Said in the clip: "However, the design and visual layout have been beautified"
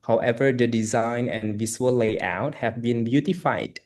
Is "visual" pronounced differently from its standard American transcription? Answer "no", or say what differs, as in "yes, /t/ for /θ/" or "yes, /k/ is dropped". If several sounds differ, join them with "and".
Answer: yes, /s/ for /ʒ/